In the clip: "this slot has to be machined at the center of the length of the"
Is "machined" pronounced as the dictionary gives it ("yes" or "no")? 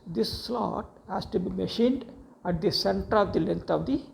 yes